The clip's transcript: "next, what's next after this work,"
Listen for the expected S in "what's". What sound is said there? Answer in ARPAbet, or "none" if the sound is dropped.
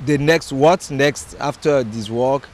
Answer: none